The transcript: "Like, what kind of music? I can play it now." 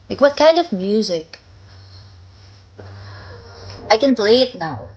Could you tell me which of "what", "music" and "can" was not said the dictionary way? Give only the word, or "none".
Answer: none